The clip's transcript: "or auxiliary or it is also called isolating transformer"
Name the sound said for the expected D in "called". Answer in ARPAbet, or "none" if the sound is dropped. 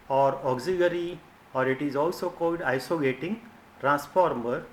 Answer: D